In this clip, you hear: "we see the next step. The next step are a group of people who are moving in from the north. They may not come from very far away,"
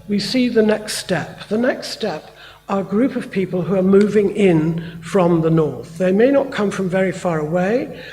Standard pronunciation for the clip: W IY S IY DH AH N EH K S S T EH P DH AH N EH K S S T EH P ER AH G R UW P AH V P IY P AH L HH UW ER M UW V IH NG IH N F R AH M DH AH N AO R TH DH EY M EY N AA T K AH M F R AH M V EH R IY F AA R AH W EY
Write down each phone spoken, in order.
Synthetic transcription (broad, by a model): W IY S IY DH AH N EH K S S T EH P DH AH N EH K S S T EH P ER AH G R UW P AH V P IY P AH L HH UW ER M UW V IH NG IH N F R AH M DH AH N AO R TH DH EY M EY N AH T K AH M F R AH M V EH R IY F AA R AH W EY